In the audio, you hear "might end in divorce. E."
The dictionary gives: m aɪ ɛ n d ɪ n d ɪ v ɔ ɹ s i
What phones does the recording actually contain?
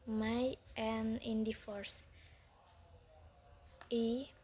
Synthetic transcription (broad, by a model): m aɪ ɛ n ɪ n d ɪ f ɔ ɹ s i